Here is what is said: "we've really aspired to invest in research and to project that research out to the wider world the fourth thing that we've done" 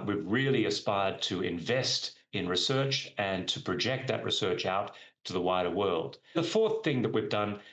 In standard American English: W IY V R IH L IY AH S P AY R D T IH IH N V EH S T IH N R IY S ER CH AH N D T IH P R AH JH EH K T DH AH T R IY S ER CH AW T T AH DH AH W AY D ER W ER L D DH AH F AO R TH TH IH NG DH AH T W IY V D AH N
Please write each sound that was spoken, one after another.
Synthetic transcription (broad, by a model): W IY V R IH L IY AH S P AY R D T IH IH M V EH S T IH N R IY S ER CH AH N T IH P R AH JH EH K T DH AH T R IY S ER CH AW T T AH DH AH W AY D ER W ER L D DH AH F AO R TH TH IH NG DH AH T W IY V D AH N